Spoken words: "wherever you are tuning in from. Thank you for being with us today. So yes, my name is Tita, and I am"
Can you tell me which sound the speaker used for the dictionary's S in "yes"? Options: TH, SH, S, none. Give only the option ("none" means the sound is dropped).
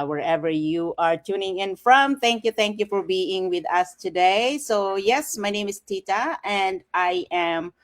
S